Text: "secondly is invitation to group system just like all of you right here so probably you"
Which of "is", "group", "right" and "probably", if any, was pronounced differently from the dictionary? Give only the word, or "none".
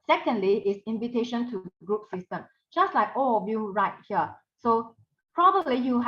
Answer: is